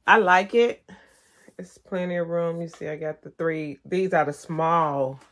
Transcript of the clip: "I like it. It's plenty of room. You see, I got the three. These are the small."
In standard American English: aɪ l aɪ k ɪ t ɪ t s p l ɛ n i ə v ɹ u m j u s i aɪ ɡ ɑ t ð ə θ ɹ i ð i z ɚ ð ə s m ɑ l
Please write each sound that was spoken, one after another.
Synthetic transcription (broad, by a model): aɪ l aɪ k ɪ t ɪ t s p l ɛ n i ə ɹ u m j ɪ s i aɪ ɡ ɑ t ð ə θ ɹ i ð i z ɚ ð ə s m ɑ l